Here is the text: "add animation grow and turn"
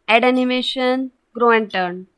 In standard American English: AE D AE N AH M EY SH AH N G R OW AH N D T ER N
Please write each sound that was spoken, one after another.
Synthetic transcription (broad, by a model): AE D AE N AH M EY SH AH N G R OW AH N D T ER N